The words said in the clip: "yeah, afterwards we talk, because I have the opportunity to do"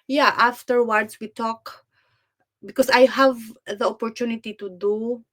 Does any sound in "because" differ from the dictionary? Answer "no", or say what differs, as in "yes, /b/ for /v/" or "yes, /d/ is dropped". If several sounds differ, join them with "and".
yes, /s/ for /z/